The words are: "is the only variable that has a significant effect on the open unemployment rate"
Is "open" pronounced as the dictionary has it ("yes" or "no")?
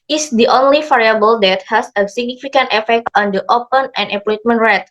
yes